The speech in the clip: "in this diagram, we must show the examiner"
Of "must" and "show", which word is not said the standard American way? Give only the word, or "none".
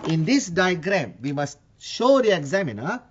none